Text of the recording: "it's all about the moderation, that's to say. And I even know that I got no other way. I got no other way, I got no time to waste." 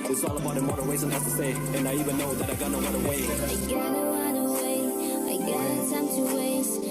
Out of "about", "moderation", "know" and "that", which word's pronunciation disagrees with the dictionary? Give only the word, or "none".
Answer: moderation